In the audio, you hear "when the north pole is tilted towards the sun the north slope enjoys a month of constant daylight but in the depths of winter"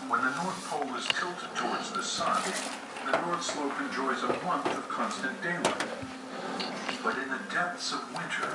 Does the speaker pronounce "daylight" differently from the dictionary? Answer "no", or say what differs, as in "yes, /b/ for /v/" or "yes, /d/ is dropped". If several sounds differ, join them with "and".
yes, /n/ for /l/